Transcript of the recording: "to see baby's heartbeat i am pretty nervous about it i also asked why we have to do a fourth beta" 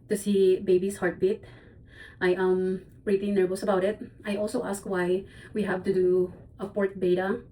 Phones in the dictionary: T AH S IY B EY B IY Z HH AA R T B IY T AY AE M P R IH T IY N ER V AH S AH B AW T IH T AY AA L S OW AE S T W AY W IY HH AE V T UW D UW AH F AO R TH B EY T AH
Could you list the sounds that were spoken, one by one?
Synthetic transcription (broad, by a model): T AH S IY B EY B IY S HH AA R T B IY T AY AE M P R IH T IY N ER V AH S AH B AW T IH T AY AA L S OW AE S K W AY W IY HH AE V T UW D UW AH P AO R T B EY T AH